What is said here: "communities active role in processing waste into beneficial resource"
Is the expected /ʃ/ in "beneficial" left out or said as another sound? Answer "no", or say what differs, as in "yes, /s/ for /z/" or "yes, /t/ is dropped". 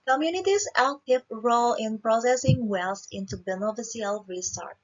yes, /s/ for /ʃ/